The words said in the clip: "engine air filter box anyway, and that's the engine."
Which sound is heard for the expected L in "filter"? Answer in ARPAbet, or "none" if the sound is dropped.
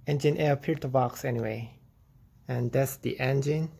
none